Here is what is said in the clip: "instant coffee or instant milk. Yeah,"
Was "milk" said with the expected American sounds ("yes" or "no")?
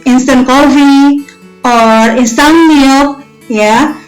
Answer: no